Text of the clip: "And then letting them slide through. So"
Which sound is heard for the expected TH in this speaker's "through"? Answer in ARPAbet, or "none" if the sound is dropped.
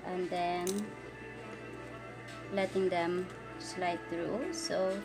T